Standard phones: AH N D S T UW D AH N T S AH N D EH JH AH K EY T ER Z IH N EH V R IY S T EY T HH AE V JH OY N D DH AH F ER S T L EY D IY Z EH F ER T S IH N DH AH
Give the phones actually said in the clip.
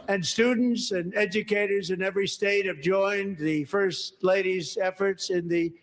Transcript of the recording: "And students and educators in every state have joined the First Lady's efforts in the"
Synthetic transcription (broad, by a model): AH N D S T UW D N T S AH N EH JH AH K EY T ER Z IH N EH V R IY S T EY T HH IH V JH OY N DH AH F ER S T L EY D IY Z EH F ER T S IH N DH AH